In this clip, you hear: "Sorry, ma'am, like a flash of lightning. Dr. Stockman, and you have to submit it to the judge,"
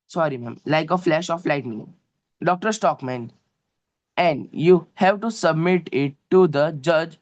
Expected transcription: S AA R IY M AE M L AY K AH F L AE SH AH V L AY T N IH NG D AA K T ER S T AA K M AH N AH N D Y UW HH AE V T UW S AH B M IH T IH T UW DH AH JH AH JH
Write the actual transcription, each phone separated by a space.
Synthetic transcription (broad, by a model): S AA R IY M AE M L AY K AH F L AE SH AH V L AY T N IH NG D AA K T ER S T AA K M AH N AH N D Y UW HH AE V T UW S AH B M IH T IH T UW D AH JH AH JH